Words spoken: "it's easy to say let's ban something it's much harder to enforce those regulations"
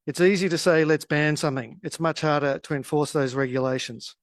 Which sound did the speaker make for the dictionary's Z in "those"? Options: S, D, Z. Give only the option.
Z